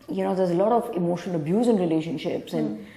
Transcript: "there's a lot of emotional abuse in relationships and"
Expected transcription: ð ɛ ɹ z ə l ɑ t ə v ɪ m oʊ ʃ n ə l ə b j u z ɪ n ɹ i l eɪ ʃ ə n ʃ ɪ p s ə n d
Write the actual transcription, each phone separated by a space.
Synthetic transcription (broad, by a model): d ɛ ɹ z ə l ɑ t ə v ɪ m oʊ ʃ ə n ə b j u z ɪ n ɹ i l eɪ ʃ ə n ʃ ɪ p s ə n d